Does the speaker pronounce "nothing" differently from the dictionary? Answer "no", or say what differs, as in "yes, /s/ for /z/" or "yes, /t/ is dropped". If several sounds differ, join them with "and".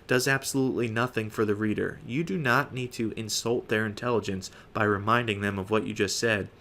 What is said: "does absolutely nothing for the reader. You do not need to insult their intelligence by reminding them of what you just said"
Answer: no